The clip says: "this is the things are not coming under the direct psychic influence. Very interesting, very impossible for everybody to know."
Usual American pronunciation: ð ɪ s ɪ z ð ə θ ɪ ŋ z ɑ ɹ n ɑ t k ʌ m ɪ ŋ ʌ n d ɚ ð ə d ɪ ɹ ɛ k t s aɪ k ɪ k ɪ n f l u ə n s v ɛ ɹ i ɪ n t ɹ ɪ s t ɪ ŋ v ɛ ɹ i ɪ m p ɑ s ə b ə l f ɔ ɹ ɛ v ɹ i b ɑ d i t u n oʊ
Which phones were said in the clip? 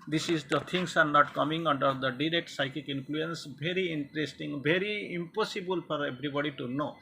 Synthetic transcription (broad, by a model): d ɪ s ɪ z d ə t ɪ ŋ s ɑ ɹ n ɑ t k ʌ m ɪ ŋ ʌ n d ɚ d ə d ɪ ɹ ɛ k t s aɪ k ɪ k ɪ n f l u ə n s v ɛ ɹ i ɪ n t ɹ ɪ s t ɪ ŋ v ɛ ɹ i ɪ m p ɑ s ə b ə l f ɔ ɹ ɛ b ɹ i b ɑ d i t u n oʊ